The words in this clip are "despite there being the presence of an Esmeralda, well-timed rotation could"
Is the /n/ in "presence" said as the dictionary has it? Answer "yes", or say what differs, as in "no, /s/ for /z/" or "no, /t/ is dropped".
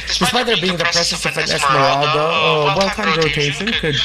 no, /n/ is dropped